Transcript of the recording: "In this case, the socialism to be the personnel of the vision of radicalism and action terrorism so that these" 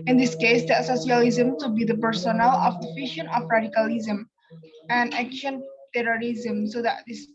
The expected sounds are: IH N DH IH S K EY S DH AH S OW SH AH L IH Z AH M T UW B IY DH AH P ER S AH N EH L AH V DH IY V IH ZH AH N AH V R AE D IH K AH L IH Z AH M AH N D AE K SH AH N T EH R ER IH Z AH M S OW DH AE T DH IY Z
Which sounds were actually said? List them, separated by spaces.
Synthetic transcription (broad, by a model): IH N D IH S K EY S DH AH S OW S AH L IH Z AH M T UW B IY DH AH P ER S AH N EH L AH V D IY F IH SH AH N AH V R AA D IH K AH L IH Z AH M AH N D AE K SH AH N T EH R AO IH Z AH M S OW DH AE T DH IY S